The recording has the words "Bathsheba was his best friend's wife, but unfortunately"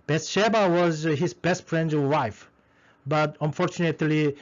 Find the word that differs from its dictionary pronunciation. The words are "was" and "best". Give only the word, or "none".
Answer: none